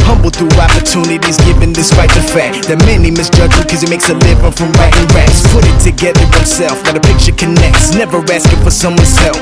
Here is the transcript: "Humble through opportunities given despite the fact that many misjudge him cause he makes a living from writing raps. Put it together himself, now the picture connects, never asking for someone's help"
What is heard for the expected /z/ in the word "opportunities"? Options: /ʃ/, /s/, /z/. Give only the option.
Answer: /z/